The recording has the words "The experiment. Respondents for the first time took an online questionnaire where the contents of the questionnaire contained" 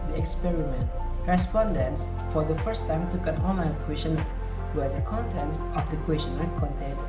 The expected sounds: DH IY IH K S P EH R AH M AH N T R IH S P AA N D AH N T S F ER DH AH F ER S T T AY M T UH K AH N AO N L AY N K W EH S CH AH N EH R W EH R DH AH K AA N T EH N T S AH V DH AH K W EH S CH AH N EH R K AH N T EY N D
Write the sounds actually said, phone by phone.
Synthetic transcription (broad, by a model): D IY IH K S P EH R AH M AH N T R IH S P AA N D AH N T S F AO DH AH F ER S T T AY M T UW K AH N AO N AY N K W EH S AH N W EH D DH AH K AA N T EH N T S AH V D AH K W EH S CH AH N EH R K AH N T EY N